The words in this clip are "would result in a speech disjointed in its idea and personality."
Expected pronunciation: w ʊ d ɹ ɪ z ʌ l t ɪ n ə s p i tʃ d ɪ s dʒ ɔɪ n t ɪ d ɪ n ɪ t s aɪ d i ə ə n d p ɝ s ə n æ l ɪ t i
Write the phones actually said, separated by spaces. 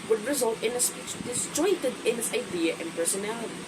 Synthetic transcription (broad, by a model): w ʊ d ɹ ɪ z ʌ l t ɪ n ə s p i s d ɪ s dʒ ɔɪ t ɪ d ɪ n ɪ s aɪ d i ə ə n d p ɝ s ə n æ l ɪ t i